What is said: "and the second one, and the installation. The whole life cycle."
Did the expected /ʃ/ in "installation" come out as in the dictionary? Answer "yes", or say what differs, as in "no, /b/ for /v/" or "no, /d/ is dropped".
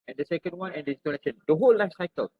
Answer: no, /s/ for /ʃ/